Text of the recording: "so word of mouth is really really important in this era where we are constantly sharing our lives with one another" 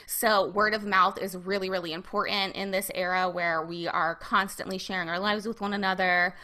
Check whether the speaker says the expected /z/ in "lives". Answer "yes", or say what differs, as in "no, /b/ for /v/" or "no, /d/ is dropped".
yes